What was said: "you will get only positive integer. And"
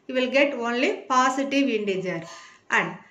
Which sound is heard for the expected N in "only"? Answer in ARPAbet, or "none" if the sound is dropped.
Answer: N